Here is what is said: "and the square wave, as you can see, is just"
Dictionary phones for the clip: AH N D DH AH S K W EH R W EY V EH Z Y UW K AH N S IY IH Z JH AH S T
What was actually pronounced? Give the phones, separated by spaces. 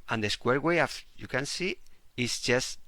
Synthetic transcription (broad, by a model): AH N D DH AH S K W EH R W EY AA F Y UW K AH N S IY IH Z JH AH S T